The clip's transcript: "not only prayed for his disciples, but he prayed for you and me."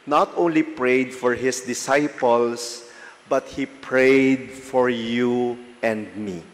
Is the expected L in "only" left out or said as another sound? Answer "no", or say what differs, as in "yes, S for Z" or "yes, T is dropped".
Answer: no